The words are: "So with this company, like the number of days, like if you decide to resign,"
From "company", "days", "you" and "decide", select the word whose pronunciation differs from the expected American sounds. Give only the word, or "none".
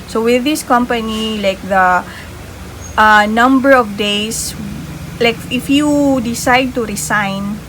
days